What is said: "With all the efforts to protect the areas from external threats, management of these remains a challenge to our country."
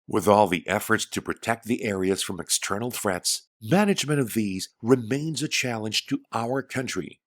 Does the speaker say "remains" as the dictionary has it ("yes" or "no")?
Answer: yes